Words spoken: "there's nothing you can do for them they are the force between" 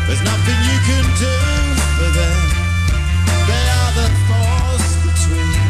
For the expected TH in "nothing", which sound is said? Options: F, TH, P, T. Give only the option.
TH